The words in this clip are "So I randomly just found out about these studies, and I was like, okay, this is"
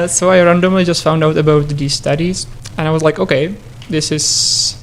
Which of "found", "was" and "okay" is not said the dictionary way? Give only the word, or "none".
none